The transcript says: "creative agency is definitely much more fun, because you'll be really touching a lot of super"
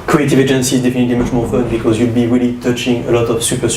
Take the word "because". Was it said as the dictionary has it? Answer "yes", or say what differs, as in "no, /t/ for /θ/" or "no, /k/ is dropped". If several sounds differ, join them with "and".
yes